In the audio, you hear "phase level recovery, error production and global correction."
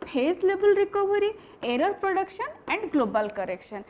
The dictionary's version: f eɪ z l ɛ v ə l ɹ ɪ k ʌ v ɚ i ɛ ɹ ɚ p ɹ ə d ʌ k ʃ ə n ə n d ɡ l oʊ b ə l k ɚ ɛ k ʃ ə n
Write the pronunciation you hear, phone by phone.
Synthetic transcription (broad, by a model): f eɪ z l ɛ b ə l ɹ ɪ k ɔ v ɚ i ɛ ɹ ɚ p ɹ ə d ʌ k ʃ ə n ə n d ɡ l oʊ b ə l k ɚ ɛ k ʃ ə n